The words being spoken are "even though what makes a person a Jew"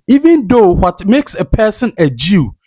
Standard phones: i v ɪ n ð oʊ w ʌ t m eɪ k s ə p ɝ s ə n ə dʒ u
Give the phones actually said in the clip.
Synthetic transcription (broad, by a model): i v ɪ n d oʊ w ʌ t m eɪ k s ə p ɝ s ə n ə dʒ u